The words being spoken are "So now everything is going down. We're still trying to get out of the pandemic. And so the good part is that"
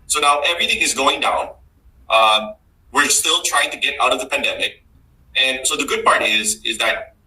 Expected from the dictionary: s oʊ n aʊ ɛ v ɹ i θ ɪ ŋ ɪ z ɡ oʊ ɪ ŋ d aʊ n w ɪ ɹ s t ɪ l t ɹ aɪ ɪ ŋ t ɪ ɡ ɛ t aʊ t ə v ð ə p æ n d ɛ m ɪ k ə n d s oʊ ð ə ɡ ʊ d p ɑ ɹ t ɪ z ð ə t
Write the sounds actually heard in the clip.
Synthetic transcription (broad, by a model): s oʊ n aʊ ɛ v ɹ i θ ɪ ŋ ɪ z ɡ oʊ ɪ ŋ d aʊ n w ɪ ɹ s t ɪ l t ɹ aɪ ɪ ŋ t ɪ ɡ ɛ t aʊ t ə v ð ə p æ n d ɛ m ɪ k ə n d s oʊ ð ə ɡ ʊ d p ɑ ɹ t ɪ z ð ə t